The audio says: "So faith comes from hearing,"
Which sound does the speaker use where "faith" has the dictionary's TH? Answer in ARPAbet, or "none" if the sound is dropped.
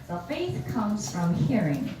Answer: TH